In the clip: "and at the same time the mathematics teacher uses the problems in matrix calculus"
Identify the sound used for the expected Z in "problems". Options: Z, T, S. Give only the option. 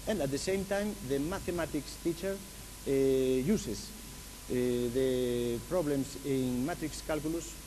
S